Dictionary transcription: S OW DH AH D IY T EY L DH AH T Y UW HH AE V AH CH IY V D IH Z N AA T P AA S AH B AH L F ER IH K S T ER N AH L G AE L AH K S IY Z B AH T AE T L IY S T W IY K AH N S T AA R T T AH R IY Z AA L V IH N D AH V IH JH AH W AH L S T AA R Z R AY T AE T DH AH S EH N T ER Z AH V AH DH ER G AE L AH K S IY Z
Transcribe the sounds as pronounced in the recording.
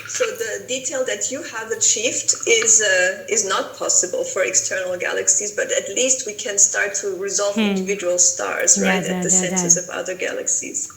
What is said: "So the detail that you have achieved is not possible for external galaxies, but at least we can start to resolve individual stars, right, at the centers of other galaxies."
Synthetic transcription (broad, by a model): S OW DH AH D IY T EY L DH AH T Y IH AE V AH CH IY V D IH Z N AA T P AA S AH B AH L F ER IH K S T ER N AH L G AE L AH K S IY Z B AH T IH T L IY S T W IY K AH N S T AA R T T AH R IY Z AA L V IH N D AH V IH JH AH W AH L S T AA R Z R AY T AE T DH AH S EH N T ER Z AH V AH DH ER G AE L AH K S IY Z